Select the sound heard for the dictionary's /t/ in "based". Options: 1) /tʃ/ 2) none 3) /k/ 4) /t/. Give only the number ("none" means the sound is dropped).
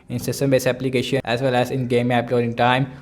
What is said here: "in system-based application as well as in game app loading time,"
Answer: 2